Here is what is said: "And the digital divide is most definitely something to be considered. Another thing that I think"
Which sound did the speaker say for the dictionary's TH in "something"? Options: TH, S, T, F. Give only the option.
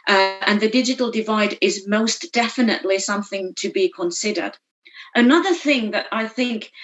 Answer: TH